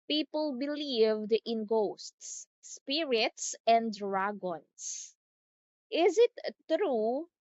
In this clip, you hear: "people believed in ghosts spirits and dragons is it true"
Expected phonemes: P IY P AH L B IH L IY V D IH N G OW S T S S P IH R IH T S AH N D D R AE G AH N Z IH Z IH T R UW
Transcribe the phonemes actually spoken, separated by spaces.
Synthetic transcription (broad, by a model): P IY P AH L B IH L IY V D IH N G OW S T S S P IH R IH T S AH N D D R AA G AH N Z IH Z IH T R UW